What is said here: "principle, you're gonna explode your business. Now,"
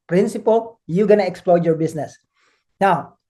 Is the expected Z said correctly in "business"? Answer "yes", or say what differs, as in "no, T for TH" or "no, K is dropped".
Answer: no, S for Z